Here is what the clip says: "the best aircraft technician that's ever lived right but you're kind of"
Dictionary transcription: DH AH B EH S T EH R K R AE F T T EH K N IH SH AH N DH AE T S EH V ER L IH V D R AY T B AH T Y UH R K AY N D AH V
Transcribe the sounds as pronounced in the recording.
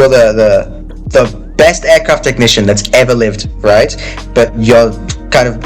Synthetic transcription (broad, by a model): DH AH B EH S T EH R K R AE F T T EH K N IH SH AH N DH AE T S EH V ER L IH V D R AY T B AH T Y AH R K AY N D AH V